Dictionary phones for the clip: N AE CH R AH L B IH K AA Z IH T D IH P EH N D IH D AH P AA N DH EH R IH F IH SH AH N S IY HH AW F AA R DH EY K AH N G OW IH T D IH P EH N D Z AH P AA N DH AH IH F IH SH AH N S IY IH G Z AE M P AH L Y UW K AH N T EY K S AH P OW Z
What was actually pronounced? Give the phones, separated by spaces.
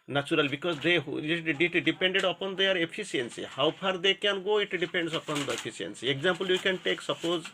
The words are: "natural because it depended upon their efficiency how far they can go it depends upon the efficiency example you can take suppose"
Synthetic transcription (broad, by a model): N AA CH R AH L B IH K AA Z IH T D IH P EH N D IH D AH P AA N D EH R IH P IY S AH N S IY HH AW P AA R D EY K AH N G OW IH T D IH P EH N D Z AH P AA N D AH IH P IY S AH N S IY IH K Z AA M P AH L Y UW K AH N T EY K S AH P OW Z